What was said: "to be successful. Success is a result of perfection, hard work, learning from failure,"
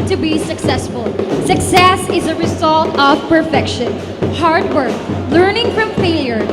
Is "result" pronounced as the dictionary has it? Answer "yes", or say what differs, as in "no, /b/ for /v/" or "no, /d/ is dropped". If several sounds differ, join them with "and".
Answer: yes